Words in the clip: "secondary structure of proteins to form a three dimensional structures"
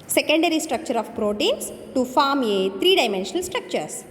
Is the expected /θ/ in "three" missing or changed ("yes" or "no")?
yes